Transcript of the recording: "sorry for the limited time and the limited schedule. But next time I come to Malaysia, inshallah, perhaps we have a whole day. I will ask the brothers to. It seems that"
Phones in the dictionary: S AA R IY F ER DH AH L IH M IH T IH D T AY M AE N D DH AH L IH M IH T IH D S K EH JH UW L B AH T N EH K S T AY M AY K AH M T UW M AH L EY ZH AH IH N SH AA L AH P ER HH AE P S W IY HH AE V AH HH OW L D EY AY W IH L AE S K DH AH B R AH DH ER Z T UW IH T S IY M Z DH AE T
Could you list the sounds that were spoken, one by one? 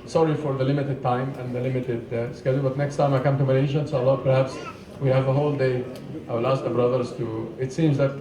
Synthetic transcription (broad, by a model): S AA R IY F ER DH AH L IH M IH T IH D T AY M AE N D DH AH L IH M IH T IH D S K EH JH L B AH T N EH K S T AY M AY K AH M T UW M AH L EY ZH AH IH N S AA L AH P ER HH AE P S W IY HH AE V AH HH OW L D EY AY W IH L AE S K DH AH B R AH DH ER Z T UW IH T S IY M Z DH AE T